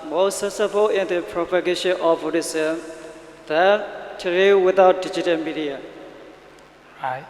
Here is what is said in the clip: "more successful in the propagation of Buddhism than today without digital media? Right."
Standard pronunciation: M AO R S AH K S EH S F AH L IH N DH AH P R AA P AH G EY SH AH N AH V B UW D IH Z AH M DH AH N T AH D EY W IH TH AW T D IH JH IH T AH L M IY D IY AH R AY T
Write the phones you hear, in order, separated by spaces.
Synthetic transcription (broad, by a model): M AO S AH S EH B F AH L IH N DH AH P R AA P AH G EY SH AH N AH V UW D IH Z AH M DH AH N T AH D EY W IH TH AW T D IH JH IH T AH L M IY D IY AH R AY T